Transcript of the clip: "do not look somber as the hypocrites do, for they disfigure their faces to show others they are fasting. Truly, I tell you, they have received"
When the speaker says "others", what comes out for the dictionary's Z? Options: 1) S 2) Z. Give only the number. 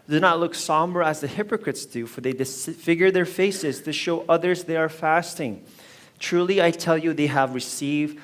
2